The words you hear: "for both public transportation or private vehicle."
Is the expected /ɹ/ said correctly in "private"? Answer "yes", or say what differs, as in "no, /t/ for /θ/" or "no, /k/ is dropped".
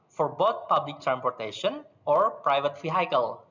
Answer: yes